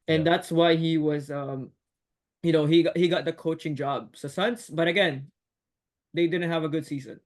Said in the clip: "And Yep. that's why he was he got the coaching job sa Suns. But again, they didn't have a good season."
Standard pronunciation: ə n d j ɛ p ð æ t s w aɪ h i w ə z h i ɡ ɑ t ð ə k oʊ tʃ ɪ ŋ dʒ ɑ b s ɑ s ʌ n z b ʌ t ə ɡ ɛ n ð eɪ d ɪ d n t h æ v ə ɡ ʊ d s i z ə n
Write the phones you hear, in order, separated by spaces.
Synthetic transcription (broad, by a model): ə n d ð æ t s w aɪ h i w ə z h i ɡ ɑ t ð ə k oʊ tʃ ɪ ŋ dʒ ɑ b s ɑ s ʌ n s b ʌ t ə ɡ ɛ n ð eɪ d ɪ d n t h æ v ə ɡ ʊ d s i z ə n